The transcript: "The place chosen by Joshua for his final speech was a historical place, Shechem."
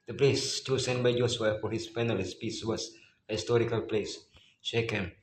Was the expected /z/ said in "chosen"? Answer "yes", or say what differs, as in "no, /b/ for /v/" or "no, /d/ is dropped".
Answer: no, /s/ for /z/